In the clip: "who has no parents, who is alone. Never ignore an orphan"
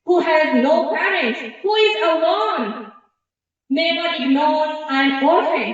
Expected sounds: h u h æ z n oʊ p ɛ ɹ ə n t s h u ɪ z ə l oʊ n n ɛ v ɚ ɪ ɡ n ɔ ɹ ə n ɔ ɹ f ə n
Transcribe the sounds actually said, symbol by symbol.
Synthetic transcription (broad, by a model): h u h æ z n oʊ p ɛ ɹ ə n t s h u ɪ z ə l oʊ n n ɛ b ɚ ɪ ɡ n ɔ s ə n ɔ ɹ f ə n